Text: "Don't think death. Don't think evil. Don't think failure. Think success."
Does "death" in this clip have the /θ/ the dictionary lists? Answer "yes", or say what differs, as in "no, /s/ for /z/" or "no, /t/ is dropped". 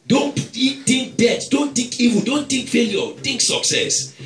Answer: no, /t/ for /θ/